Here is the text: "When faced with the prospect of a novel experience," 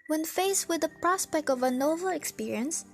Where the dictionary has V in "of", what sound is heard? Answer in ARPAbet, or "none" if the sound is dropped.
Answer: V